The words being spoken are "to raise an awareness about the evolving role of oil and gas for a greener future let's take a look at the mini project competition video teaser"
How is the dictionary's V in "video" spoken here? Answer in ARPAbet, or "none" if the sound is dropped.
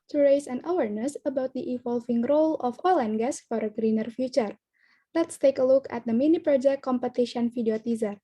F